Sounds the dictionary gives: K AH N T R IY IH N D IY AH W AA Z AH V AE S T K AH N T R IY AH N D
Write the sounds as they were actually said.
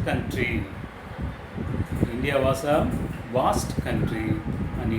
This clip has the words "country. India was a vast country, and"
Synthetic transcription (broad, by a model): K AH N T R IY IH N D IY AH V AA S AH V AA S T K AH N T R IY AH N